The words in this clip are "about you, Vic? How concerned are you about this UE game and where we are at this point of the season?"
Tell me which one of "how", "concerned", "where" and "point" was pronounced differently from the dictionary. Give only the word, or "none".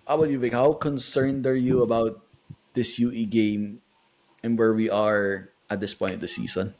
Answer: point